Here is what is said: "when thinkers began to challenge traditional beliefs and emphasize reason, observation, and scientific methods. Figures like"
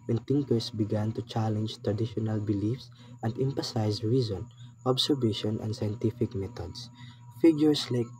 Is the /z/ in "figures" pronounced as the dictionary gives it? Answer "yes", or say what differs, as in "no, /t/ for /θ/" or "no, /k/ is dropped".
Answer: no, /s/ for /z/